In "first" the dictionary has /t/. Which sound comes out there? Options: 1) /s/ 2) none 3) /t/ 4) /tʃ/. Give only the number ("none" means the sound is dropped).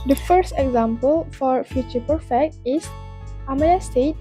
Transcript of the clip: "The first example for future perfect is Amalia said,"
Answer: 3